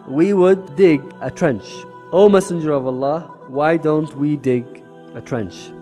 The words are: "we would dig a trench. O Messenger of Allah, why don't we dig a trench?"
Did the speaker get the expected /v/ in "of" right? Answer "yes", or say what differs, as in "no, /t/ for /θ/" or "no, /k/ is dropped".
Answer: yes